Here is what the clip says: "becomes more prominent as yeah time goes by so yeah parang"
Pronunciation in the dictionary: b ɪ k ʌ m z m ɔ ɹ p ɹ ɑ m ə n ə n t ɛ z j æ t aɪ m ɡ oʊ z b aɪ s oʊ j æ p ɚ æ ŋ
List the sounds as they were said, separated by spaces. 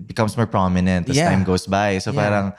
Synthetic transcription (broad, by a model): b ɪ k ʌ m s m ɔ ɹ p ɹ ɑ m ə n ə n t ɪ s t aɪ m ɡ oʊ s b aɪ s oʊ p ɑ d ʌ ŋ